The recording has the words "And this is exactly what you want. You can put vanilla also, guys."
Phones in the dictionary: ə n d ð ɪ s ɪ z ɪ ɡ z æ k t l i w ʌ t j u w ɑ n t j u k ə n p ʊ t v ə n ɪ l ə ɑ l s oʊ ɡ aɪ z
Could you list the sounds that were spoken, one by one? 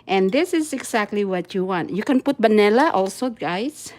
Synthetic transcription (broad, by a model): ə n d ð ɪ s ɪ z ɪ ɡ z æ k t l i w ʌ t j u w ɑ n t j u k ə n p ʊ t b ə n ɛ l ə ɑ l s oʊ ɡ aɪ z